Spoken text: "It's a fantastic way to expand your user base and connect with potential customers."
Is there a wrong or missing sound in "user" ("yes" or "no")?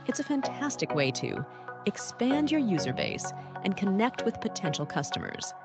no